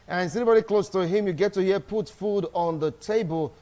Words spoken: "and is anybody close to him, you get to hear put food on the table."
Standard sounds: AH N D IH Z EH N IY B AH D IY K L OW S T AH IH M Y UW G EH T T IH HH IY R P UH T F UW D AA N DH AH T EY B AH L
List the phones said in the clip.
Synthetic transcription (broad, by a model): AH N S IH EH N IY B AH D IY K L OW S T AH IH M Y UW G EH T T IH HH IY P UH T F UW D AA N DH AH T EY B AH L